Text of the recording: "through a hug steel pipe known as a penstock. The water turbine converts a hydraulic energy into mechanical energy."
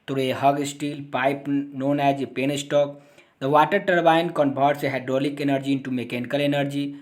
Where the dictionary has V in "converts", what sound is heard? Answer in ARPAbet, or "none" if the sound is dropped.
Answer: B